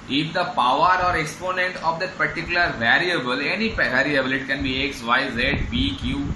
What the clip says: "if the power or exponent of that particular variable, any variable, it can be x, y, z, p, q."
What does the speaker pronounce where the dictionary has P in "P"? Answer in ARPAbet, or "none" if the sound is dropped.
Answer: B